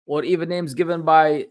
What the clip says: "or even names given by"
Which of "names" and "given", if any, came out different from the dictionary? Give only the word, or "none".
none